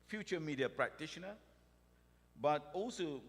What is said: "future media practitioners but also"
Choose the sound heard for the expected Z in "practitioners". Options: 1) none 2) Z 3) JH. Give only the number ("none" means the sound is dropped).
1